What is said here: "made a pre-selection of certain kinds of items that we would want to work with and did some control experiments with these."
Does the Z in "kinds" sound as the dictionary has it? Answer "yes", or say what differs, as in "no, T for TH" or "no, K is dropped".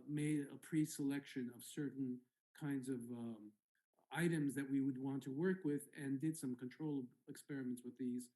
yes